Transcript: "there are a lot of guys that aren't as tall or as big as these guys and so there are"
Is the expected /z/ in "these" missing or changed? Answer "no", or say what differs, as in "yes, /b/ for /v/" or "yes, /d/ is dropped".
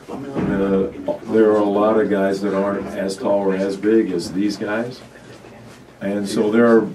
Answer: no